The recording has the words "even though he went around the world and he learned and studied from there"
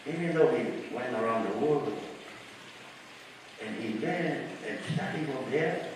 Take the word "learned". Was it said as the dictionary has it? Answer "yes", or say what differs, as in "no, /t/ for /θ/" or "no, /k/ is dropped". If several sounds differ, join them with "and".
no, /w/ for /l/ and /d/ is dropped